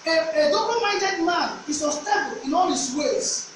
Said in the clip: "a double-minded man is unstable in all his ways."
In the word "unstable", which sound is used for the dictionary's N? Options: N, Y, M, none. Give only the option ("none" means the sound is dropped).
none